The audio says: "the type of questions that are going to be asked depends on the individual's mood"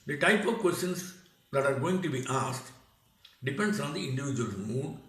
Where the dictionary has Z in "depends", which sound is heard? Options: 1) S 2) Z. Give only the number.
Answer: 1